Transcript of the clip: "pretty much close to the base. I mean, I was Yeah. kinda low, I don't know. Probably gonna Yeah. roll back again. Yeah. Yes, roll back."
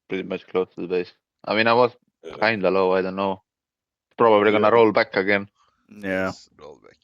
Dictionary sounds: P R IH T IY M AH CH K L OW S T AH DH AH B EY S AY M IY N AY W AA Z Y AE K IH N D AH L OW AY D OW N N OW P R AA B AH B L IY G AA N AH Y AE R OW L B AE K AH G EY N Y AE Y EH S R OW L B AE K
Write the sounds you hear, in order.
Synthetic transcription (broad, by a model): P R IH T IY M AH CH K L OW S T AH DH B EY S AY M IY N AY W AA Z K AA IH N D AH L OW AY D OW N N OW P R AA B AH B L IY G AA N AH R OW L B AE K AH G EY N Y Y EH R OW L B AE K